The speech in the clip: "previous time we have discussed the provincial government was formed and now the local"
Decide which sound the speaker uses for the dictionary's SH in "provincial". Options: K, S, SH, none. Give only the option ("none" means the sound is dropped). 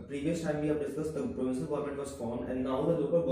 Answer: S